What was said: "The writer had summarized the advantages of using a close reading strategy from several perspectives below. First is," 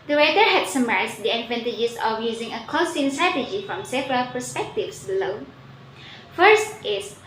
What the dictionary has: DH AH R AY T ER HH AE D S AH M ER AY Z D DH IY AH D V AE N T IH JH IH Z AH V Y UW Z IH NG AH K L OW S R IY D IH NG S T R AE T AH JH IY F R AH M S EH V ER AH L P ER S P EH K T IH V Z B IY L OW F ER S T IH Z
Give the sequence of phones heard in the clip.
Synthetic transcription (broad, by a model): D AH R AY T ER HH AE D S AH M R AY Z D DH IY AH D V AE N T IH JH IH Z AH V Y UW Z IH NG AH K OW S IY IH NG S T R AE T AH JH IY F R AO M S EH V ER AH L P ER S P EH K T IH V S B IY L OW F ER S T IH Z